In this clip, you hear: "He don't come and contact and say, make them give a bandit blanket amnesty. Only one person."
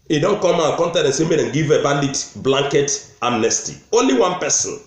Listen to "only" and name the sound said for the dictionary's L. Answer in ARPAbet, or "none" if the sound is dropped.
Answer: L